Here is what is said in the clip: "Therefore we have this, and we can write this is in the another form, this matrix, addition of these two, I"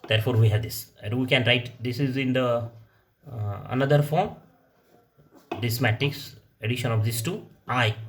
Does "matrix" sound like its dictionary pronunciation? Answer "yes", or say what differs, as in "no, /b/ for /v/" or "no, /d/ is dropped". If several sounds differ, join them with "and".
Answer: no, /ɹ/ is dropped